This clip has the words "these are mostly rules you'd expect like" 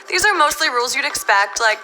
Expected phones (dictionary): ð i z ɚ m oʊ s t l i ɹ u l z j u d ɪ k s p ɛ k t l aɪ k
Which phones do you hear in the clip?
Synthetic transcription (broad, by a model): ð i z ɚ m oʊ s t l i ɹ u l z j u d ɪ k s p ɛ k t l aɪ k